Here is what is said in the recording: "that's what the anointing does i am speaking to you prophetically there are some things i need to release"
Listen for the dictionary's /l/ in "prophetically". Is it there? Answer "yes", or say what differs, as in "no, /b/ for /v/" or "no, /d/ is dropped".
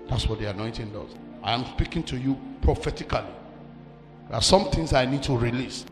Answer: no, /l/ is dropped